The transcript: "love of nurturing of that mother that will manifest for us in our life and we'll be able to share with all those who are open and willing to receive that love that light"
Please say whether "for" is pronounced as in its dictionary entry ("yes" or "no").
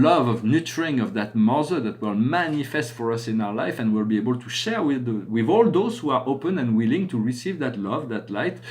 yes